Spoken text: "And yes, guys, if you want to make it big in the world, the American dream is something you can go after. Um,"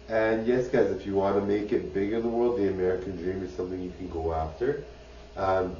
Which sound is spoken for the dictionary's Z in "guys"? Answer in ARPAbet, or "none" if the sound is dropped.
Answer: Z